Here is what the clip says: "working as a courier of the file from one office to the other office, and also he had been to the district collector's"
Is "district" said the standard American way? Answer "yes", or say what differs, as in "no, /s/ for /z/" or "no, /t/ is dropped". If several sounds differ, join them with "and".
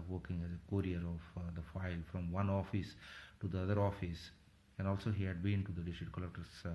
no, /k/ is dropped